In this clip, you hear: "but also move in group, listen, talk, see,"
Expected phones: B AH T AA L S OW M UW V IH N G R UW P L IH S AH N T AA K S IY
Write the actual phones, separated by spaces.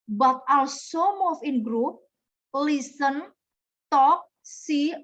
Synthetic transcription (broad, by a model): B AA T AA L S OW M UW F IH N G R UW P L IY S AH N T AA K S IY